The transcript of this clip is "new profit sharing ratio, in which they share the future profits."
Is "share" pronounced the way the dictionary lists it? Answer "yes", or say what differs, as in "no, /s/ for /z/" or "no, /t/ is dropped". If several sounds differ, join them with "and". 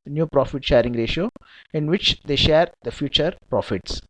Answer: yes